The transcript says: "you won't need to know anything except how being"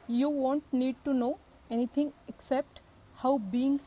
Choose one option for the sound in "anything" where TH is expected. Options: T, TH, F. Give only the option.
T